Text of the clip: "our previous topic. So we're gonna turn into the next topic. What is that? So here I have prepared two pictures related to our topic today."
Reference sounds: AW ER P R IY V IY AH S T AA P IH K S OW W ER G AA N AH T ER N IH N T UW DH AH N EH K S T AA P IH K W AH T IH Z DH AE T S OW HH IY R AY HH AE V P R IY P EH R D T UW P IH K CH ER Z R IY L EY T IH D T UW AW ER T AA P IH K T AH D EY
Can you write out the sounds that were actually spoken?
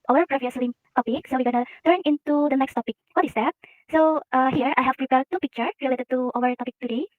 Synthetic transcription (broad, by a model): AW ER P R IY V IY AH S T AA P IH K S OW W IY G AA N AH T ER N IH N T UW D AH N EH K S T AA P IH K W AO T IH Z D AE T S OW HH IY R AY HH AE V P R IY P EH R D T UW P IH K CH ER R IY L EY T IH D T UW AW ER T AA P IH K T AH D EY